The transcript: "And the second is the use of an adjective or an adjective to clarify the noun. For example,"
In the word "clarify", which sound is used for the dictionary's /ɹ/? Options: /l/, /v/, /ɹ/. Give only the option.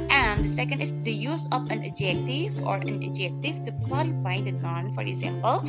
/l/